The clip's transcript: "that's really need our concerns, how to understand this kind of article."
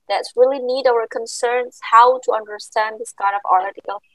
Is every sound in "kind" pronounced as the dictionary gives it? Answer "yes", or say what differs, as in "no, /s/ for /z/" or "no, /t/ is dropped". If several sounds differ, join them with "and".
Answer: no, /n/ is dropped